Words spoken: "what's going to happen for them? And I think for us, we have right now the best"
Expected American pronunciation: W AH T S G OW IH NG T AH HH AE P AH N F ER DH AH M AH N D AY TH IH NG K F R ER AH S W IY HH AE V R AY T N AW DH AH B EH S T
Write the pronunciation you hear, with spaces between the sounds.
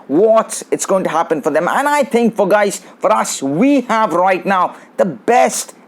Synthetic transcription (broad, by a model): W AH T S G OW IH NG T AH HH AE P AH N F ER DH AH M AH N AY TH IH NG K F R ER AH S W IY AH V R AY T N AW DH AH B EH S T